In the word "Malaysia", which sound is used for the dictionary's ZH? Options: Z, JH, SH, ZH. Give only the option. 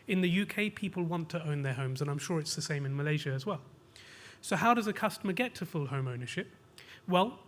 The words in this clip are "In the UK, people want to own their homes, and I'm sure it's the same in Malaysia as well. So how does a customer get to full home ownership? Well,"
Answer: ZH